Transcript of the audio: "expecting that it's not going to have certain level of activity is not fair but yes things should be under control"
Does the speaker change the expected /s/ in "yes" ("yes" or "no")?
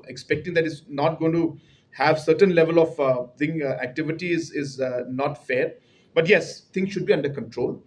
no